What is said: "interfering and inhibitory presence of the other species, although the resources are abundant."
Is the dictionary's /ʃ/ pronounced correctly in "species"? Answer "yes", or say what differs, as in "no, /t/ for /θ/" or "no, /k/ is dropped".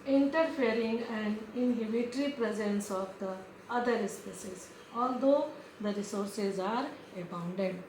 no, /s/ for /ʃ/